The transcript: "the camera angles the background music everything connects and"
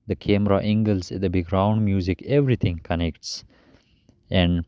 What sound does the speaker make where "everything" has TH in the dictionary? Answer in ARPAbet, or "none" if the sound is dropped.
T